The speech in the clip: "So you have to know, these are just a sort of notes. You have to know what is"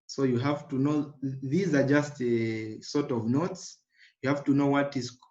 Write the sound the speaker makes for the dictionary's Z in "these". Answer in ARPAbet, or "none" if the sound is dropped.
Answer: Z